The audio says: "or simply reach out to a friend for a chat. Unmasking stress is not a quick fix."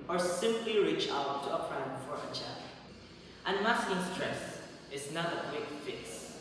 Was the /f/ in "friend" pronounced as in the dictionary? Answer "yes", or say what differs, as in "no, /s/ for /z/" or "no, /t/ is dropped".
no, /p/ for /f/